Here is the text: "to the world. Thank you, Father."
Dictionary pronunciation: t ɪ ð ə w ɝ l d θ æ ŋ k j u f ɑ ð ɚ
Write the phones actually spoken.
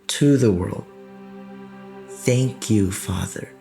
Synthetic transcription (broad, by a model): t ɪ ð ə w ɝ l d θ æ ŋ k j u f ɑ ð ɚ